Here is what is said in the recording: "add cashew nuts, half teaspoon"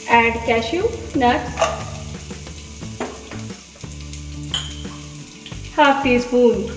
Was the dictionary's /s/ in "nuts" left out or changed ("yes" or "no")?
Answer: yes